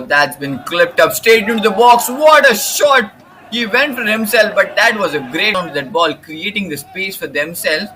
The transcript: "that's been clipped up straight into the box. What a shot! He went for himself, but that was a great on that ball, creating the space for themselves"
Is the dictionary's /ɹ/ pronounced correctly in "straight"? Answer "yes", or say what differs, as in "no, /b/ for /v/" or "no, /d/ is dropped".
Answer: no, /ɹ/ is dropped